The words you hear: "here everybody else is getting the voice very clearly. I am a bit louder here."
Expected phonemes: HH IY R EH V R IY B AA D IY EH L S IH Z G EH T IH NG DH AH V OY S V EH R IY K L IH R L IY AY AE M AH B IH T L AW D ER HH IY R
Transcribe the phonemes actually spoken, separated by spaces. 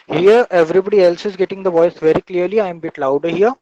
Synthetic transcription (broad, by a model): HH IY R EH V R IY B AA D IY EH L S IH Z G EH T IH NG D AH V OY S V EH R IY K L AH R L IY AY M B IH T L AW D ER HH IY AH